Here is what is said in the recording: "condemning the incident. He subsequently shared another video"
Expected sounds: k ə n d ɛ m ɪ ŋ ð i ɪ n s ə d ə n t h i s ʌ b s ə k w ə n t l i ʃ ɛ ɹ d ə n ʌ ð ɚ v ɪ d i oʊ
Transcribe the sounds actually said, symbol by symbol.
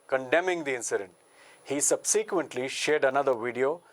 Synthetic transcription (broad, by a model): k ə n d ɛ m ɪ ŋ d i ɪ n s ə d ə n t h i s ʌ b s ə k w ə n t l i ʃ ɛ ɹ d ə n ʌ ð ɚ v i d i oʊ